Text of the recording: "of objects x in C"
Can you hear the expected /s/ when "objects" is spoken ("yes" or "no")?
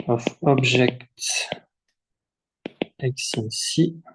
no